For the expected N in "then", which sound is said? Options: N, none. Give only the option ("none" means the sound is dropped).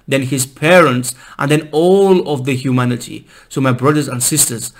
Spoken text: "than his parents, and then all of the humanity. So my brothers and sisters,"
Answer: N